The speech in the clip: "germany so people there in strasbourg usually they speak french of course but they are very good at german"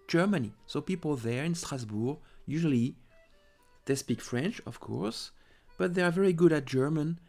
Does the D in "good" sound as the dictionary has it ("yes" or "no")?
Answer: yes